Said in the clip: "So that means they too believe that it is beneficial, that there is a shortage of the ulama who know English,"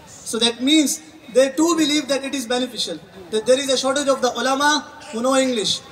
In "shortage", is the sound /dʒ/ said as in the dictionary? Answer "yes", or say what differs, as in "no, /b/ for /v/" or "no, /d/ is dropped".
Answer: yes